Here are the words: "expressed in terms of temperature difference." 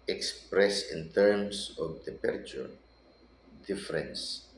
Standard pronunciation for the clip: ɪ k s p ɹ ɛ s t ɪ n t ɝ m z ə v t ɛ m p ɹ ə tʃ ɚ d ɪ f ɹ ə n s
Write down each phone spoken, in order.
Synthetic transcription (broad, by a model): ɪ k s p ɹ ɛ s ɪ n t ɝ m s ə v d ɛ p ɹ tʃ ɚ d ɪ f ɹ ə n s